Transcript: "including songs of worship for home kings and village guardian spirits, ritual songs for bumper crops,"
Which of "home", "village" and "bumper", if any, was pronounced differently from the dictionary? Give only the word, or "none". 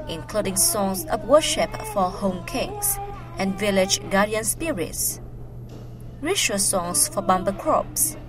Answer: bumper